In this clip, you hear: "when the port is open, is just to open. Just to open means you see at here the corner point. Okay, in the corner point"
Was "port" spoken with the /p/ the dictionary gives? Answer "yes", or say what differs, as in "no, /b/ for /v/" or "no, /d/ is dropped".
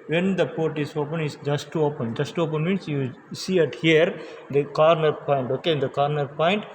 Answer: yes